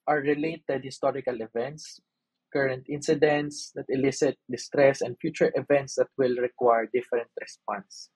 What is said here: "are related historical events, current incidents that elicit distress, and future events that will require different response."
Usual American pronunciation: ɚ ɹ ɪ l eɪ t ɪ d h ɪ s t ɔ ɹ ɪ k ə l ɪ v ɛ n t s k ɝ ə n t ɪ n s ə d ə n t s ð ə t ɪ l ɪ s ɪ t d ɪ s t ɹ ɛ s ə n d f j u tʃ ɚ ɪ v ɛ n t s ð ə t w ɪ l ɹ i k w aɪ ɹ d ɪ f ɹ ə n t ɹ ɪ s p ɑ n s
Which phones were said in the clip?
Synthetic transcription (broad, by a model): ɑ ɹ ɪ l eɪ t ɪ d h ɪ s t ɔ ɹ ɪ k ə l ɪ v ɛ n t s k ɝ ə n t ɪ n s ə d ə n t s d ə t ɪ l ɪ s ɪ t d ɪ s t ɹ ɛ s ə n d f j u tʃ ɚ ɪ v ɛ n t s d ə t w ɪ l ɹ i k w aɪ ɹ d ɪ f ɹ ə n t ɹ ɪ s p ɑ n s